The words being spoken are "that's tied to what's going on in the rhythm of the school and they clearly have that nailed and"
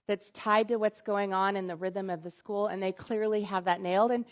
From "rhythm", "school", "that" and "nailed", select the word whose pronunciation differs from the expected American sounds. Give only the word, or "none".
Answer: none